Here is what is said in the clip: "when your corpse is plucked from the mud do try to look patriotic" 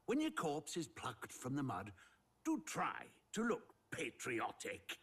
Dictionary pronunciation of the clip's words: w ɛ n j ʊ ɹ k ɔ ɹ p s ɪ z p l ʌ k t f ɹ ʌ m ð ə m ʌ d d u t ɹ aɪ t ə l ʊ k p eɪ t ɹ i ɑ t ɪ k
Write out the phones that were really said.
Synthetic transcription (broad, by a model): w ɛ n j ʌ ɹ k ɔ ɹ p s ɪ z p l ʌ k t f ɹ ʌ m ð ə m ʌ d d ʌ t ɹ aɪ t ə l ʊ k p eɪ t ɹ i ɑ t ɪ k